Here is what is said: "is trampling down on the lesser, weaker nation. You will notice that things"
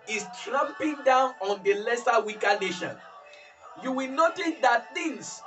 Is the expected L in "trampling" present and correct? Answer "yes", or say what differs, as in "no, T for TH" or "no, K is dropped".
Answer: no, L is dropped